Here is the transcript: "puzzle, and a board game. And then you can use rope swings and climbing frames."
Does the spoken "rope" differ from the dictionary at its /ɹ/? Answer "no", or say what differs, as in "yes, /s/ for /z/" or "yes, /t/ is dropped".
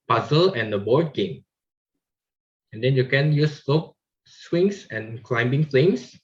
yes, /l/ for /ɹ/